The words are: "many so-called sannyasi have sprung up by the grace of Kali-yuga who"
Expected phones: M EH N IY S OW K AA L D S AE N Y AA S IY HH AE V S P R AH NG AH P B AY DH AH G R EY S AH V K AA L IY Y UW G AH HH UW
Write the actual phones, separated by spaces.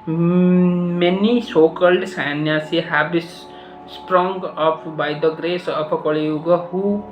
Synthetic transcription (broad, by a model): M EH N IY S OW K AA L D S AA N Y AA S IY HH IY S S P R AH NG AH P B AY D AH G R EY S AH P K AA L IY Y UW G AH HH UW